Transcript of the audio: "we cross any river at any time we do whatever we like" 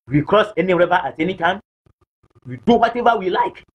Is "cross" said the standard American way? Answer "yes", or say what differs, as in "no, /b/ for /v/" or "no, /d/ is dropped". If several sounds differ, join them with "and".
yes